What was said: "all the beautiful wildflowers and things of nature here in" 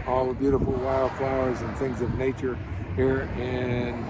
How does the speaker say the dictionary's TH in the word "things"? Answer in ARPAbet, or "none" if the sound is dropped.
TH